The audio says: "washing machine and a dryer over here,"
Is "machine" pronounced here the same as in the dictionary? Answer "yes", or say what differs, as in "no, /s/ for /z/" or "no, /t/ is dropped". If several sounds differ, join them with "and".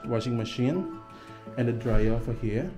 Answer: yes